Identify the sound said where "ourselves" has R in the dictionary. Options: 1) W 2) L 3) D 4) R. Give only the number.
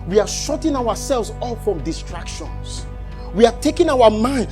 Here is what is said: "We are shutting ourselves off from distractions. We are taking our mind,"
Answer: 1